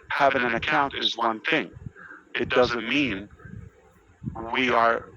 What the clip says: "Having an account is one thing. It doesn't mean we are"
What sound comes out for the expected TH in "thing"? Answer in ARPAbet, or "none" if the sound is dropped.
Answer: TH